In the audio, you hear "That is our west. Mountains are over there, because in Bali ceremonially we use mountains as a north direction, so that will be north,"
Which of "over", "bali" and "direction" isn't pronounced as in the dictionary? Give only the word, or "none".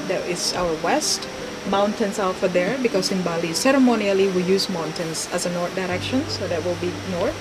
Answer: over